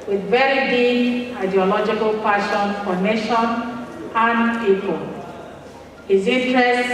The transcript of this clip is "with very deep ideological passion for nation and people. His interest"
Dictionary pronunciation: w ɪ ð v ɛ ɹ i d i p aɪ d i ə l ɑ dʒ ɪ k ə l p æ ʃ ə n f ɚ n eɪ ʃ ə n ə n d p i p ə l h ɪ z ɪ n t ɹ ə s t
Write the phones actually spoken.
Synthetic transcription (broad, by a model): w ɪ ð v ɛ ɹ i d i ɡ aɪ d i ə l ɑ dʒ ɪ k ə l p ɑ ʃ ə n f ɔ n eɪ ʃ ə n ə n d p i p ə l h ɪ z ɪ n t ɹ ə s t